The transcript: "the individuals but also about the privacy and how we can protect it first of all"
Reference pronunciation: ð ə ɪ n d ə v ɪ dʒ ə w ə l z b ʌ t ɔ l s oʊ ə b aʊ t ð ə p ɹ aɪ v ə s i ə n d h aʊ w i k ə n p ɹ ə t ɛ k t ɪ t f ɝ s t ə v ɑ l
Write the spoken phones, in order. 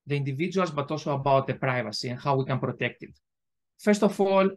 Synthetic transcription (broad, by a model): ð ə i n d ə v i dʒ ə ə l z b ʌ t ɔ l s oʊ ə b aʊ t ð ə p ɹ aɪ v ə s i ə n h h aʊ w i k ə n p ɹ ə t ɛ k t ɪ t f ɝ s t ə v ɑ l